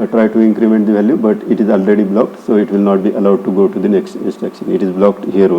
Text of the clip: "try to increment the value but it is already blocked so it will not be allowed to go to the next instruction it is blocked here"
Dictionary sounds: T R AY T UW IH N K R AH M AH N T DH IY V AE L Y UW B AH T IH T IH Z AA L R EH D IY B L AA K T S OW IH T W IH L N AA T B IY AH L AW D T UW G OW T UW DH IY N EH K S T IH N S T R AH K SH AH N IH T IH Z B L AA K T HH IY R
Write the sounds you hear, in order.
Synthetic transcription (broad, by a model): T R AY T UW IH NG K R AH M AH N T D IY V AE L Y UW B AH T IH T IH Z AA L R EH D IY B L AA K T S OW IH T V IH L N AA T B IY AH L AW D T UW G OW T UW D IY N EH K S T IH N S T EH K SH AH N IH T IH Z B L AA K T HH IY R